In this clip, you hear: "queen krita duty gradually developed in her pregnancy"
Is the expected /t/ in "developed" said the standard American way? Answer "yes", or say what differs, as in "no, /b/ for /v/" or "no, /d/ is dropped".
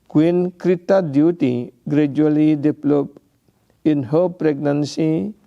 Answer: no, /t/ is dropped